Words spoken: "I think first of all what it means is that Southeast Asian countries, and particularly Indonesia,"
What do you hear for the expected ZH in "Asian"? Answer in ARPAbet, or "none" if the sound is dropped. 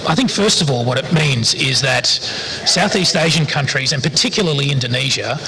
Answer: ZH